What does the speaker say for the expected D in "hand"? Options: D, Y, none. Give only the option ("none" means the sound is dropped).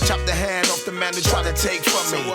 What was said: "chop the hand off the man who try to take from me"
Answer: D